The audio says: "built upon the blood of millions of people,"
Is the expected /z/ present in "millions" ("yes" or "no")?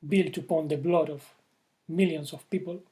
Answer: no